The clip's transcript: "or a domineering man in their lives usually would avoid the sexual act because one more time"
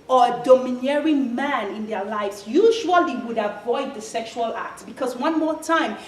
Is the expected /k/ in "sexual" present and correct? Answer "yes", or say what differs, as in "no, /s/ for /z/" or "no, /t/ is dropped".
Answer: yes